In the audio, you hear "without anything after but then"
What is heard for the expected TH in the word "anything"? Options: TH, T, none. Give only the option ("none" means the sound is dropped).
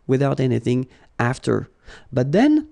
TH